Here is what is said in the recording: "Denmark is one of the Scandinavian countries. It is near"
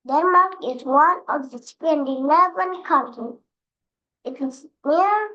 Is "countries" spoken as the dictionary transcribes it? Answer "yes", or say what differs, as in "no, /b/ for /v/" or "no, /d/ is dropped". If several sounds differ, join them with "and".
no, /z/ is dropped